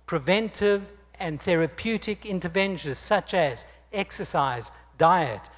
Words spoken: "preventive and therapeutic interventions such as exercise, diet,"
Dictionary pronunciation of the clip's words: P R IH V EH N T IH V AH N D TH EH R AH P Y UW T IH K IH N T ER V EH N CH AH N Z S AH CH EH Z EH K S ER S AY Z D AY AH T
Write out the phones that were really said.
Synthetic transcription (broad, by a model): P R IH V EH N T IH V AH N TH EH R AH P Y UW T IH K IH N T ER V EH N SH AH N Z S AH CH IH Z EH K S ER S AY Z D AY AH T